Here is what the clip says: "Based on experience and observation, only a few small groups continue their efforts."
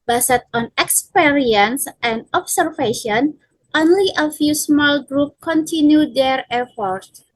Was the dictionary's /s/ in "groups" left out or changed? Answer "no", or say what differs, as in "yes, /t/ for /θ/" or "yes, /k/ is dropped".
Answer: yes, /s/ is dropped